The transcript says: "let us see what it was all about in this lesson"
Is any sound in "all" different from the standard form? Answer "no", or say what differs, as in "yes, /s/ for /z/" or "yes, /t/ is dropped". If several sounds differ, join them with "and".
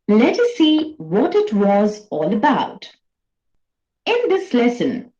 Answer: no